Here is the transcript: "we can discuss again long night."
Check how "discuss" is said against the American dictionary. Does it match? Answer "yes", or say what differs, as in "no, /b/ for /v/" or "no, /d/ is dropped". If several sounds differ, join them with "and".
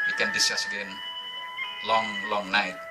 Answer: no, /k/ is dropped